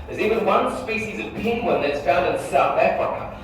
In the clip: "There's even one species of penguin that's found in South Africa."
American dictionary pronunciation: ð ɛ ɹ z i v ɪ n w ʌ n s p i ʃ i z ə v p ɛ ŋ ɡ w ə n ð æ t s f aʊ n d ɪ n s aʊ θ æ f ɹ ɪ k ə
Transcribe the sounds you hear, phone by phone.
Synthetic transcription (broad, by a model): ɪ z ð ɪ w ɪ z w ʌ n s p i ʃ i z ə v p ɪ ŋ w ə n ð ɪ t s f aʊ n d ɪ n s aʊ θ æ f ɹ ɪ k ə